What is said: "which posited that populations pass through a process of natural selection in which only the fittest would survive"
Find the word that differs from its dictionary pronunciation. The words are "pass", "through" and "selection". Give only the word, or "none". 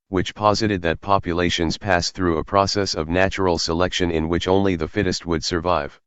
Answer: none